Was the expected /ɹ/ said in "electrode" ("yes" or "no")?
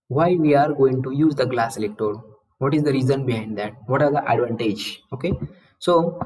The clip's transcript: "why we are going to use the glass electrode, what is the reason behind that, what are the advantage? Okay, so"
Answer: no